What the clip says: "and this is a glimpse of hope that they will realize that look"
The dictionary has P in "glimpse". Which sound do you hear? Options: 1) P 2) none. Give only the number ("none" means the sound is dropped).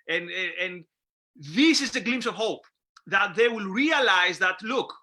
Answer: 2